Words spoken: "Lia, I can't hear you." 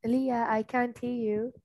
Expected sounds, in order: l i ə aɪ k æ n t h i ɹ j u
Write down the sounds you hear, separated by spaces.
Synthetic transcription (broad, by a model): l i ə aɪ k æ n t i l j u